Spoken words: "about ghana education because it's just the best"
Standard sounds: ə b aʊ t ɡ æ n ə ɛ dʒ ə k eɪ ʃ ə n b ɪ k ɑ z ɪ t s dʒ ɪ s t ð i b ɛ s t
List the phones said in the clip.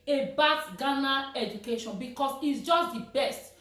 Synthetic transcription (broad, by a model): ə b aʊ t ɡ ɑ n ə ɛ dʒ ə k eɪ ʃ ə n b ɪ k ɑ s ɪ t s dʒ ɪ s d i b ɛ s t